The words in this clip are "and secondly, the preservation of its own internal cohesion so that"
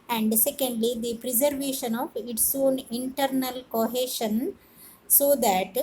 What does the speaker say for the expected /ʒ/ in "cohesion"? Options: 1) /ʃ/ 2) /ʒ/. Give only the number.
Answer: 1